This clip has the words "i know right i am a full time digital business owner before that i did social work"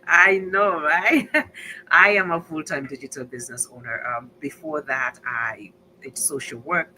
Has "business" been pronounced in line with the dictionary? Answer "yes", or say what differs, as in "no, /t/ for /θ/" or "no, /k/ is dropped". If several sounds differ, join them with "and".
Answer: yes